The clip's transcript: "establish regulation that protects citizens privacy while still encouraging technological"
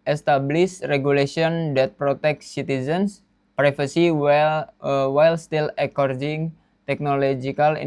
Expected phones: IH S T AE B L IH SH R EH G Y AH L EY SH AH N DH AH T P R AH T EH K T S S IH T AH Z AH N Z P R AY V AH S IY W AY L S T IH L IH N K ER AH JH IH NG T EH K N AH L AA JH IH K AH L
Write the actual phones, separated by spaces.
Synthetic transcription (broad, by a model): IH S T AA B L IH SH R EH G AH L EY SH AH N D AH T P R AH T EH K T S S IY T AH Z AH N S P R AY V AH S IY W AY L S T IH L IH K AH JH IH NG T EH K N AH L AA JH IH K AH L